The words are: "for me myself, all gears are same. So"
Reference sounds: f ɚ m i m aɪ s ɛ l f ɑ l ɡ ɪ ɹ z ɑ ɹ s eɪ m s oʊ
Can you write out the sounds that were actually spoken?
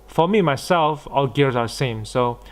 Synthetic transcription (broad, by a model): f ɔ m i m aɪ s ɛ l f ɑ l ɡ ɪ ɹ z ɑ w s eɪ m s oʊ